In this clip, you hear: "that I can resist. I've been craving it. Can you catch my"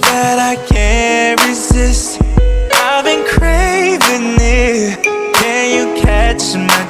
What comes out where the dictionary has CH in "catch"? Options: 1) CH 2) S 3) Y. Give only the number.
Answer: 1